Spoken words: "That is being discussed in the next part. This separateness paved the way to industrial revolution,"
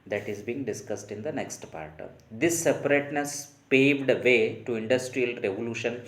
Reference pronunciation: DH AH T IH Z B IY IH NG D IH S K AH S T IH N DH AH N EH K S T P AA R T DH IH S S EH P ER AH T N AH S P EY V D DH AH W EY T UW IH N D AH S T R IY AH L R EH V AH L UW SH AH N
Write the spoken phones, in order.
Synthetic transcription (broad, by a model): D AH T IH Z B IY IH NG D IH S K AH S T IH N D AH N EH K S T P AA R T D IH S S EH P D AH T N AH S P EY V D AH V EY T UW IH N D AH S T R IY AH L R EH V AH L UW SH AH N